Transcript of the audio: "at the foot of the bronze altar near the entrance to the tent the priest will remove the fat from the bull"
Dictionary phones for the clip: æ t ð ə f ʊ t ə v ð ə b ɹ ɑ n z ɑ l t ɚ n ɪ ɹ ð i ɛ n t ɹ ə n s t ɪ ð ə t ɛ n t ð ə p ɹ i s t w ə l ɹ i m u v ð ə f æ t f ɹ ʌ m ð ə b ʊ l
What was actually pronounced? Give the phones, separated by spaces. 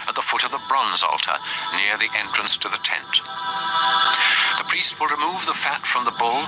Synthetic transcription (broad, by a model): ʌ t ð ə f ʊ t ə v ð ə b ɹ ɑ n z ɑ l t ɚ n ɪ ɹ ð i ɛ n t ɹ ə n s t ɪ ð ə t ɛ n t ð ə p ɹ i s t w ə l ɹ i m u v ð ə f æ t f ɹ ʌ m ð ə b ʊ l